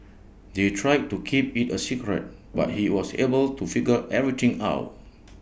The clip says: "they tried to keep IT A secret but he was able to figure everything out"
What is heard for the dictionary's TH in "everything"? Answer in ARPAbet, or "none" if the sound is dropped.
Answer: T